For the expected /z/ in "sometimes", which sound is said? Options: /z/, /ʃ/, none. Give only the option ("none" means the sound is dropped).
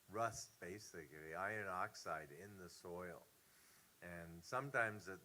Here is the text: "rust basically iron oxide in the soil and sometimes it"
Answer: /z/